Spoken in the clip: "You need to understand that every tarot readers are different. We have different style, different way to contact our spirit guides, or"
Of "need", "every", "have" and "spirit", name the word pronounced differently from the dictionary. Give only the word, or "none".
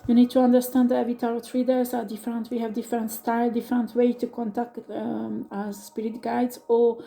every